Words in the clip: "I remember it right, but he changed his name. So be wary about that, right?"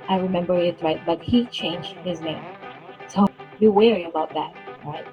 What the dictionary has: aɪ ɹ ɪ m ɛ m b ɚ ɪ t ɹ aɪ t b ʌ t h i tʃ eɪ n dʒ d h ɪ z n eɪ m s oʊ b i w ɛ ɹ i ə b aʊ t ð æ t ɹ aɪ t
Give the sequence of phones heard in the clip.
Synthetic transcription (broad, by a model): aɪ ɹ ɪ m ɛ m b ɚ ɪ t ɹ aɪ t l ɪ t h i tʃ eɪ n dʒ d h ɪ z n eɪ m s oʊ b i w ɛ ɹ i ə b aʊ t ð æ t ɹ aɪ t